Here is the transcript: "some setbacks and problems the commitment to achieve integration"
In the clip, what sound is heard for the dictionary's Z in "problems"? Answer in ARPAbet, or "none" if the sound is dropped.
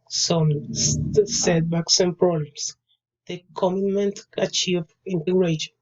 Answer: S